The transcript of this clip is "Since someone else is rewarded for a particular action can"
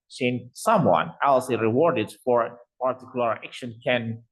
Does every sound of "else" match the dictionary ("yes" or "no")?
yes